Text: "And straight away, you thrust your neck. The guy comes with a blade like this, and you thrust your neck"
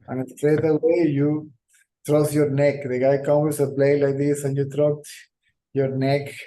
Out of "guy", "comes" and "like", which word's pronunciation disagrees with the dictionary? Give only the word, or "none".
comes